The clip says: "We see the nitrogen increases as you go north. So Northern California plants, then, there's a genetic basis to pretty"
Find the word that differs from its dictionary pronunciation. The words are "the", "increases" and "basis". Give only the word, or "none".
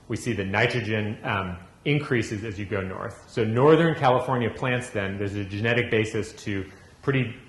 none